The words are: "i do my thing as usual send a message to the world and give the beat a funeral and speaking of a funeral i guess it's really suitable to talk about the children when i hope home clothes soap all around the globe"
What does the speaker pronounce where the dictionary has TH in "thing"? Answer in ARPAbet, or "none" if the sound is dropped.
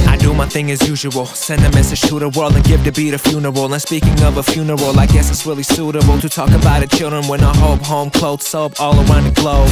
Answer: TH